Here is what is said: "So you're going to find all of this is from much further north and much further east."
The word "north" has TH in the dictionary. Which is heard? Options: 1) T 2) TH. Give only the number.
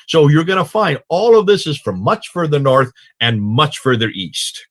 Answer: 2